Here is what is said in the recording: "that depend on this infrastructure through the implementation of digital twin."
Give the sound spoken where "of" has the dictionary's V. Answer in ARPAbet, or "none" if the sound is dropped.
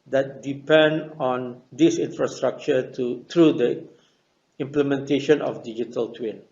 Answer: F